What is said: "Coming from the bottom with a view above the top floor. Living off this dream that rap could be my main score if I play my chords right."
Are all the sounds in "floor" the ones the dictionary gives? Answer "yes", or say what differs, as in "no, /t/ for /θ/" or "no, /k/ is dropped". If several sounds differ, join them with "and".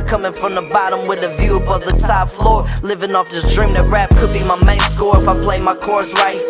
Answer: yes